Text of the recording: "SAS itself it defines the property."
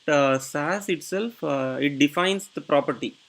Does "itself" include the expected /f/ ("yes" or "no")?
yes